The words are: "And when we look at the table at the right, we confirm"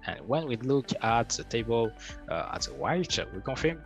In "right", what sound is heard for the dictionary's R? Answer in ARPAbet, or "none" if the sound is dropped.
W